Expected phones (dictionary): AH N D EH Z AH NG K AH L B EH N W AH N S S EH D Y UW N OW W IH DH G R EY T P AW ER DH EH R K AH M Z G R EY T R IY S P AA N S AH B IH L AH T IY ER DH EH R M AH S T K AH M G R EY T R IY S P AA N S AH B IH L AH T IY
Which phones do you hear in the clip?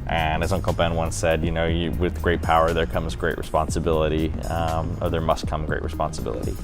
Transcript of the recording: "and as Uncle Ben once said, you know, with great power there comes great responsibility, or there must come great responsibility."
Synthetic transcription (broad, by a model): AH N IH Z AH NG K L B EH N W AH N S S EH D Y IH N OW W IH DH G R EY T P AW ER DH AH R K AH M Z G R EY T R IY S P AA N S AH B IH L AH T IY ER DH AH R M AH S T K AH M G R EY T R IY S P AA N S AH B IH L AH T IY